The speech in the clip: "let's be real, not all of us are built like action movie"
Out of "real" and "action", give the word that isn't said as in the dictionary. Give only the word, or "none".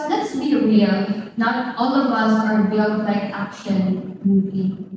none